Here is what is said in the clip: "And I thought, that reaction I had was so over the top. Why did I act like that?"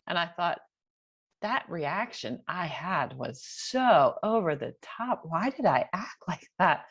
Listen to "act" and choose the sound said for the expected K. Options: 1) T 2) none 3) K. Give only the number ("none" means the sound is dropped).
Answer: 3